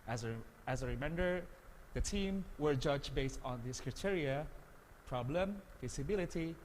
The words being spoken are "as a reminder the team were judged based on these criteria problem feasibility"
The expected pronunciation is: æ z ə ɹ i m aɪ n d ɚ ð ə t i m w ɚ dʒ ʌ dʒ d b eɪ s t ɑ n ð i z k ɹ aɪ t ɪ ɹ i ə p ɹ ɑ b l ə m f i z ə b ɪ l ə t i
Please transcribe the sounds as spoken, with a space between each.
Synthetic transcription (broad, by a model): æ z ə ɹ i m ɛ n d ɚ ð ə t i m w ɚ dʒ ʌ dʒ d b eɪ s t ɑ n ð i s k ɹ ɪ t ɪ ɹ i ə p ɹ ɑ b l ə m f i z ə b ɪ l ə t i